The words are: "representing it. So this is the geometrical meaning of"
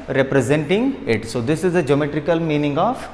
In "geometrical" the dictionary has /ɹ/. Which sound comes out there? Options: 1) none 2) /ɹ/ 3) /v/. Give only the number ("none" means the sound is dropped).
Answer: 2